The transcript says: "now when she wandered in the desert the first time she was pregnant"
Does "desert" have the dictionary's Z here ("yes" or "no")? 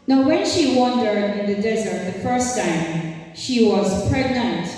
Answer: yes